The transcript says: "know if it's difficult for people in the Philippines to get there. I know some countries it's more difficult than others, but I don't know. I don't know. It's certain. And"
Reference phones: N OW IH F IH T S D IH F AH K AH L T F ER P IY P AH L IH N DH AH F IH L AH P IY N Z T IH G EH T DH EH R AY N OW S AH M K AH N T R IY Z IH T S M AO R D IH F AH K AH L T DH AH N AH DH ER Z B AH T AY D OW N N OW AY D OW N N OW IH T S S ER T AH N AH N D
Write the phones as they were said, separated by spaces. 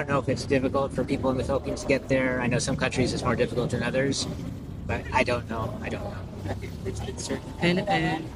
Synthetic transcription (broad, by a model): N OW IH F IH T S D IH F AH K L T F ER P IY P L IH N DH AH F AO AH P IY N T IH G EH T DH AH R AY N OW S AH M K AH N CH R IY Z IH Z M AO R D IH F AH K L T DH AH N AH DH ER Z B AH T AY D OW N N OW AY D OW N N OW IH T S S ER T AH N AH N